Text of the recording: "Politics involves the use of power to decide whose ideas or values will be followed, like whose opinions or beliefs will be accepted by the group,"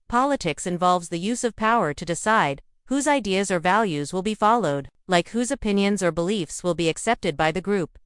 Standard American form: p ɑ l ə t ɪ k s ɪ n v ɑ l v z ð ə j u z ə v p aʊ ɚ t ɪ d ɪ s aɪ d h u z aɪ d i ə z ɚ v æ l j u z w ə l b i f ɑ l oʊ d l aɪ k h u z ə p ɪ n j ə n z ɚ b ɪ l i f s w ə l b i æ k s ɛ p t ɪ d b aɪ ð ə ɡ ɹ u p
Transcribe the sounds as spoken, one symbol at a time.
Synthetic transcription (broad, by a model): p ɑ l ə t ɪ k s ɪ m v ɑ l v z ð ə j u z ə v p aʊ ɚ t ɪ d ɪ s aɪ d h u z aɪ d i ə z ɚ v æ l j u z w ə l b i f ɑ l oʊ d l aɪ k h u z ə p ɪ n j ə n z ɚ b ɪ l i f s w ə l b i æ k s ɛ p t ɪ d b aɪ ð ə ɡ ɹ u p